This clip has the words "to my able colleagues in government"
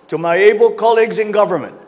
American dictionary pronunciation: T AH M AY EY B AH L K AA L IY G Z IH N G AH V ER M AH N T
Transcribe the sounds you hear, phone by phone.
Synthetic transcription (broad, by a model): T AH M AY EY B AH L K AA L IY G Z IH N G AH V ER M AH N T